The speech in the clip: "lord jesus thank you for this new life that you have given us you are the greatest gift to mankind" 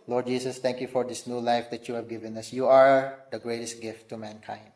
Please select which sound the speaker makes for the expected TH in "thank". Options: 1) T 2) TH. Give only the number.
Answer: 1